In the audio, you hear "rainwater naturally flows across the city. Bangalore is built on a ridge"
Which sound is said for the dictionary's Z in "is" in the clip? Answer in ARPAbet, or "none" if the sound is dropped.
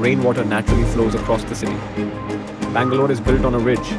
Z